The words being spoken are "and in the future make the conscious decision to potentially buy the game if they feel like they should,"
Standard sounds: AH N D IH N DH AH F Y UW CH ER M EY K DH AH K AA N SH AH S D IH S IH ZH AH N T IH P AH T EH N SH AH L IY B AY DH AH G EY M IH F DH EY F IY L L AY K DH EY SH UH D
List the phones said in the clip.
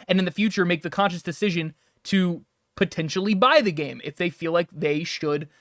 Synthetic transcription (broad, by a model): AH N IH N DH AH F Y UW CH ER M EY K DH AH K AA N SH AH S D IH S IH ZH AH N T IH P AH T EH N SH L IY B AY DH AH G EY M IH F DH EY F IY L L AY K DH EY SH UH D